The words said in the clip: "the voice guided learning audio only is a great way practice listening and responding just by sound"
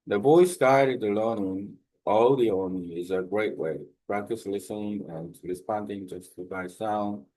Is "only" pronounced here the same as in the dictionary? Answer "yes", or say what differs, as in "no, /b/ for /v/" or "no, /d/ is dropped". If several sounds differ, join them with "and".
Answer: no, /l/ is dropped